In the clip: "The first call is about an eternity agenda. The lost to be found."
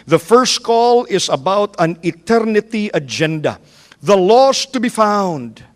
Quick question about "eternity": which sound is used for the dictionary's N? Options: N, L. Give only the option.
N